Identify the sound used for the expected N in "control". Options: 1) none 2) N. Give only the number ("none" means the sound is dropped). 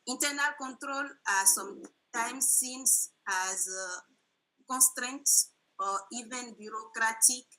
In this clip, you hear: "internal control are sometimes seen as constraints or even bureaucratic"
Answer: 2